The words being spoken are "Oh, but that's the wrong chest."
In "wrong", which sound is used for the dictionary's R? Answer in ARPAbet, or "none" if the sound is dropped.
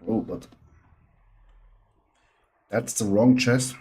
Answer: R